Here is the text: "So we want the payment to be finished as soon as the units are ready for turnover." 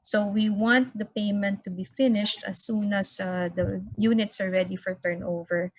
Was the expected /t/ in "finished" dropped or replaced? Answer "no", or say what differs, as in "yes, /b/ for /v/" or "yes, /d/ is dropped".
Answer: no